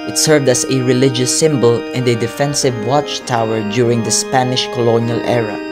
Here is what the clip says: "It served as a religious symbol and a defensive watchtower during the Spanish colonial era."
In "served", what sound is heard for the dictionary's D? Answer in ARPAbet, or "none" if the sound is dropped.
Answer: D